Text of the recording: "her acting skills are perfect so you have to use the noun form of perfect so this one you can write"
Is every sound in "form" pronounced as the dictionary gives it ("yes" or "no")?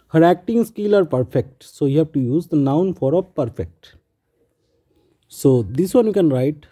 no